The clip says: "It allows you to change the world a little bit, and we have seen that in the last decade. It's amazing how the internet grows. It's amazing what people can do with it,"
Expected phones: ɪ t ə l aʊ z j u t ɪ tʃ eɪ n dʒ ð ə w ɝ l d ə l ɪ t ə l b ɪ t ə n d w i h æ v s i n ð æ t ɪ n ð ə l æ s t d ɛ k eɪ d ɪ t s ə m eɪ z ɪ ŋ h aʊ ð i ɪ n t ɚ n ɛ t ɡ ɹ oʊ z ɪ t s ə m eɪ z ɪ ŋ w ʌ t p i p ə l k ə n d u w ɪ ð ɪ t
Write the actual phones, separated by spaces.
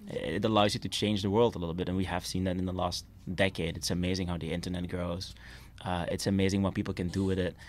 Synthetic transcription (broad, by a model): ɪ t ə l aʊ z j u t ɪ tʃ eɪ n dʒ ð ə w ɝ l d ə l ɪ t l b ɪ t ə n w i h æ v s i n ð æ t ɪ n ð ə l æ s t d ɛ k eɪ d ɪ t s ə m eɪ z ɪ ŋ h aʊ ð i ɪ n t ɚ n ɛ t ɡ ɹ oʊ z ɪ t s ə m eɪ z ɪ ŋ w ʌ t p i p l k ə n d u w ɪ ð ɪ t